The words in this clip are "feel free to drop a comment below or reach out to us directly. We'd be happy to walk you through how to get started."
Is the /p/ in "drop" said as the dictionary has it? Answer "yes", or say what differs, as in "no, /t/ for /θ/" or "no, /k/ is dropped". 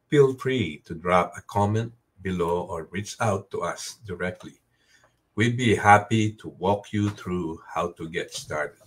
yes